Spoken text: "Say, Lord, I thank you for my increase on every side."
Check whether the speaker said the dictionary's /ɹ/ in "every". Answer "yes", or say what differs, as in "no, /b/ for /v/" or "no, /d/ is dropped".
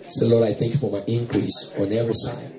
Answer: no, /ɹ/ is dropped